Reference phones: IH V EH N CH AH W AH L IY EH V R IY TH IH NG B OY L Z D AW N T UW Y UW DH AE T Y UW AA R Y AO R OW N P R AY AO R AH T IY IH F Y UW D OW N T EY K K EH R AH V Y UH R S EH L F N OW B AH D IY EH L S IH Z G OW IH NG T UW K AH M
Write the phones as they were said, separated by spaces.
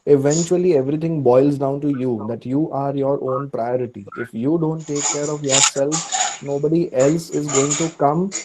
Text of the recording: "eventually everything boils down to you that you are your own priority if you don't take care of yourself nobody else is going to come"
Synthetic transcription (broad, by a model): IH V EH N CH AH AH L IY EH V R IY T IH NG B OY L Z D AW N T UW Y UW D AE T Y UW AA R Y AO R OW N P R AY AO R AH T IY IH F Y UW D OW N T EY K K EH R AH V Y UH R S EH L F N OW B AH D IY EH L S IH Z G OW IH NG T UW K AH M